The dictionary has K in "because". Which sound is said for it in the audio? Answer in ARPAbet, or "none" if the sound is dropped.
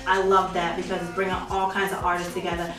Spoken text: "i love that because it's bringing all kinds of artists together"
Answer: K